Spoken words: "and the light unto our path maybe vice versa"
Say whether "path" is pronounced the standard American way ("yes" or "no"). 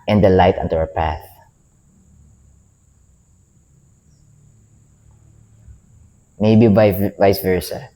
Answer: yes